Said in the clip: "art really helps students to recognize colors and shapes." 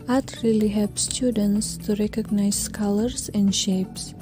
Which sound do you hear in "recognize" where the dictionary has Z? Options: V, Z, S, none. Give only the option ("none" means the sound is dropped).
S